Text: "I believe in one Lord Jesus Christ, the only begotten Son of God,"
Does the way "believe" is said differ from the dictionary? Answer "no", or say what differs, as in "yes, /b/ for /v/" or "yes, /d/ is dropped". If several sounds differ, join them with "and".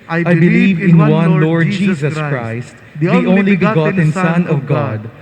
no